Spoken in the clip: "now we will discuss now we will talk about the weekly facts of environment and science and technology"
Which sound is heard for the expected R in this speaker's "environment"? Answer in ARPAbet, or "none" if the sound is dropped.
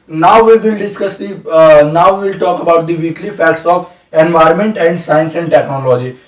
R